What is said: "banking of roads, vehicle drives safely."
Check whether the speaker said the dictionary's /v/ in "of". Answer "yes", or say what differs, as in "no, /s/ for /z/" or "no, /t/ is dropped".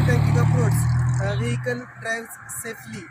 no, /p/ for /v/